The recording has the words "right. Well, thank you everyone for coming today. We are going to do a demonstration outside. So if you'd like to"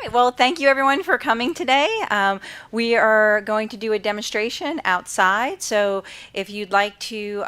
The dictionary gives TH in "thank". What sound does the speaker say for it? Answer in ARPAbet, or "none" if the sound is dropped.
TH